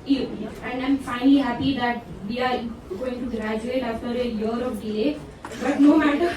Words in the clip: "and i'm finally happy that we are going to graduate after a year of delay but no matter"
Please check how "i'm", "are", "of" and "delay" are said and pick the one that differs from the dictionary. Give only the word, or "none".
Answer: of